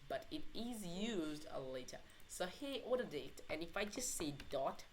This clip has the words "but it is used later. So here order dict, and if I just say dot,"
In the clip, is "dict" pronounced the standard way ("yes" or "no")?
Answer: no